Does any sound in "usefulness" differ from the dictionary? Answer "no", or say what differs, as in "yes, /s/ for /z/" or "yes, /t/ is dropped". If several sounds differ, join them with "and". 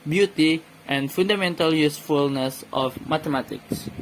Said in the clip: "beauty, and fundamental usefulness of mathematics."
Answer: no